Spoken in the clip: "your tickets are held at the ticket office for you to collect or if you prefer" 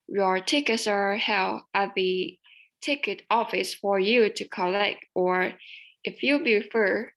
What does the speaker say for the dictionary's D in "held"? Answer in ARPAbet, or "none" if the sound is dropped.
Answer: none